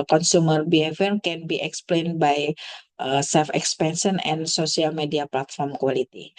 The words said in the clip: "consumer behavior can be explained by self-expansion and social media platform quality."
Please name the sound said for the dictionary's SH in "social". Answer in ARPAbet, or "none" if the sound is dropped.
S